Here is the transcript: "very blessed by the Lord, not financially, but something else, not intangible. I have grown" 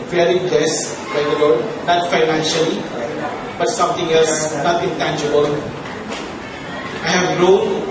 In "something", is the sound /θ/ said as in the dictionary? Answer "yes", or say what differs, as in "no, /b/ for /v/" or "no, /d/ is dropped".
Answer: no, /t/ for /θ/